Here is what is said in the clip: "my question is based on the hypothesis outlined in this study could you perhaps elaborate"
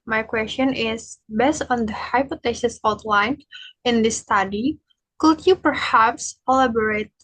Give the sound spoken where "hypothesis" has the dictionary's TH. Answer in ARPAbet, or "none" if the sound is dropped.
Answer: T